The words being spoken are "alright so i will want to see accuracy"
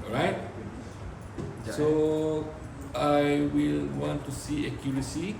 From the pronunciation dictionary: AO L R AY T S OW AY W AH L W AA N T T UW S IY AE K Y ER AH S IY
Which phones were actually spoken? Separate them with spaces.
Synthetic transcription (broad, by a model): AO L R AY T S OW AY W AH L W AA N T T UW S IY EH K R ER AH S IY